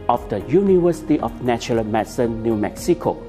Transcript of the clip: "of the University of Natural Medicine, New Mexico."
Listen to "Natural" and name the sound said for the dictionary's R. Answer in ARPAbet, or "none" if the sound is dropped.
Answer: none